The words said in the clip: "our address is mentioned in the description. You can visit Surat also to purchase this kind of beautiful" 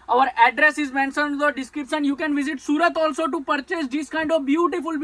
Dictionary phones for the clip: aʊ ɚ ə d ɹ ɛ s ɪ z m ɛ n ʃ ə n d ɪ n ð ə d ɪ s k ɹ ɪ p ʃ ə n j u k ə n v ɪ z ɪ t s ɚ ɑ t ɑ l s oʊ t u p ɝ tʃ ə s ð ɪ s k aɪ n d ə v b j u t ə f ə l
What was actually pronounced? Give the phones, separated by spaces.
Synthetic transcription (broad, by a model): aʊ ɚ ə d ɹ ɛ s ɪ z m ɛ n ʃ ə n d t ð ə d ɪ s k ɹ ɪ p s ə n j u k ə n v ɪ z ɪ t s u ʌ t ɑ l s oʊ t u p ɝ tʃ ə s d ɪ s k aɪ n d ə v b j u t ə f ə l